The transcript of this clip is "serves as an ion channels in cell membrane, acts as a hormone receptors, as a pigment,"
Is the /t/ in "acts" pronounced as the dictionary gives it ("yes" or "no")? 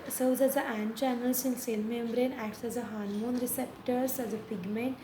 yes